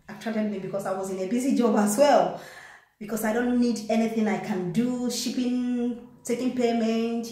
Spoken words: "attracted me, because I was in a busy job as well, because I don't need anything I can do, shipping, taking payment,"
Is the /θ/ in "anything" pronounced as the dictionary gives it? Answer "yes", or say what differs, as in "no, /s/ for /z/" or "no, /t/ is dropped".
yes